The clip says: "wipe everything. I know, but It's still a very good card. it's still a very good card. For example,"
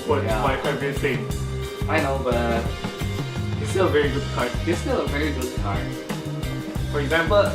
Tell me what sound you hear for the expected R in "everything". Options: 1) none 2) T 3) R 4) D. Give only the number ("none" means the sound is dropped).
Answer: 1